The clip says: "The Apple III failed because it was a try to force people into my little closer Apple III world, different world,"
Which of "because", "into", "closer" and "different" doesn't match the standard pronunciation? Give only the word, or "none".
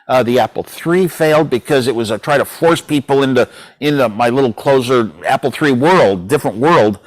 none